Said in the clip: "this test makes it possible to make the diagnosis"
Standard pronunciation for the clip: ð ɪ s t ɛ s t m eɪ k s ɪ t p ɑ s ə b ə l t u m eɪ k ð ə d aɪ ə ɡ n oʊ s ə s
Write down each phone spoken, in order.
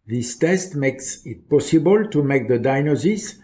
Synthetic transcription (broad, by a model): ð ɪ s t ɛ s t m eɪ k s ɪ t p ɑ s ə b ə l t u m eɪ k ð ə d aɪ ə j n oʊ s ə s